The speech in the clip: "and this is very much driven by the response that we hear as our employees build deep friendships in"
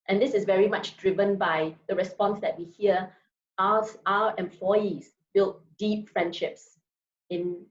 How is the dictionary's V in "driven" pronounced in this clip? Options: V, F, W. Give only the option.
V